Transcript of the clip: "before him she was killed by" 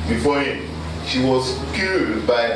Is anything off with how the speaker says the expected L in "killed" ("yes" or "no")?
yes